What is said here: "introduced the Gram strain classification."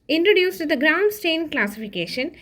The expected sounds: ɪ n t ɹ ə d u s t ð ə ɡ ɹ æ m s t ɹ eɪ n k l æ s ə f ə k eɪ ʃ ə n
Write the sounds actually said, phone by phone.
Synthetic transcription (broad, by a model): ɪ n t ɹ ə d u s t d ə ɡ ɹ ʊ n s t eɪ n k l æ s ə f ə k eɪ ʃ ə n